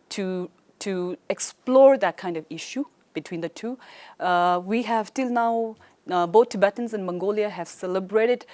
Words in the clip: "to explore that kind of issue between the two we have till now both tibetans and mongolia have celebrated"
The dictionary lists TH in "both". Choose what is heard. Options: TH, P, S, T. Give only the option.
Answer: T